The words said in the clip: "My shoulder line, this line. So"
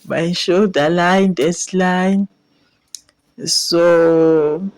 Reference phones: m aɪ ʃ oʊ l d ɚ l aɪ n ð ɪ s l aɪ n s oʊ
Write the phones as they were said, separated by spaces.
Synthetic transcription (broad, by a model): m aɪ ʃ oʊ d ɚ l aɪ n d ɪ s l aɪ n s oʊ